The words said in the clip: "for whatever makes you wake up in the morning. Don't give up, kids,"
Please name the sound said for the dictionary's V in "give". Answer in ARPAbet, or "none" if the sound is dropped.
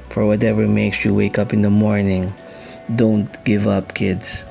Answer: V